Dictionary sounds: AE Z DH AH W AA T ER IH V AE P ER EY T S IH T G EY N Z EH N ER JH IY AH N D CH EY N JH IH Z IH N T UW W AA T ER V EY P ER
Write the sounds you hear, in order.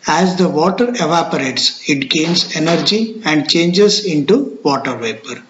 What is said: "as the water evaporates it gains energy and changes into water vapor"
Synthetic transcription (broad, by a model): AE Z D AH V AA T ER IH V AE P ER EY T S IH T G EY N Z EH N ER JH IY AH N D CH EY N JH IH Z IH N T UW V AA T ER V EY P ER